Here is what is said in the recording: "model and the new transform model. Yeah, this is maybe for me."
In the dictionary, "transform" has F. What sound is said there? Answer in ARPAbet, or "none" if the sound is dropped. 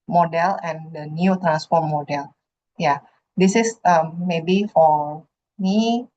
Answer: P